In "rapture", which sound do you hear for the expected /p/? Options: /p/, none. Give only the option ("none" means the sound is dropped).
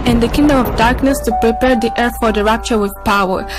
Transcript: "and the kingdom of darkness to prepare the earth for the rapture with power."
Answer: /p/